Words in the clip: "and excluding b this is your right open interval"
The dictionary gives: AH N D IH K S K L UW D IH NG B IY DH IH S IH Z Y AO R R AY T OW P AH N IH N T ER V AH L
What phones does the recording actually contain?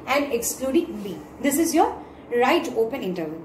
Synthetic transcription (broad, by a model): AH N D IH K S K L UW D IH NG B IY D IH S IH Z Y AO R R AY T OW P AH N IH N T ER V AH